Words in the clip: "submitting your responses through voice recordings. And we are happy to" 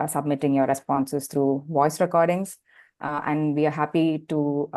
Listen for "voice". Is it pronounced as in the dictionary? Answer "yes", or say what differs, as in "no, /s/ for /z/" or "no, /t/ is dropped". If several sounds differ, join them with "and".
yes